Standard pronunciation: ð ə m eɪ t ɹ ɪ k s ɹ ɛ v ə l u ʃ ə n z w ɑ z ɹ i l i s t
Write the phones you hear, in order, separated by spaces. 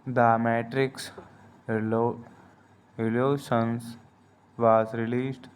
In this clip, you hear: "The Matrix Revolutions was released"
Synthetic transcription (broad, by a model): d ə m eɪ t ɹ ɪ k s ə l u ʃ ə n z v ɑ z ɹ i l i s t